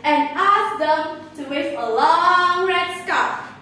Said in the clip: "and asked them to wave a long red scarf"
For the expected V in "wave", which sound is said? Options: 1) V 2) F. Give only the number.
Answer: 2